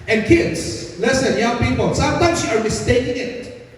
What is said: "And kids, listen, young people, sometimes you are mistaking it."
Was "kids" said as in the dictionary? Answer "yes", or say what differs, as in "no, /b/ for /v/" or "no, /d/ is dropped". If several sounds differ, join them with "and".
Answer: no, /s/ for /z/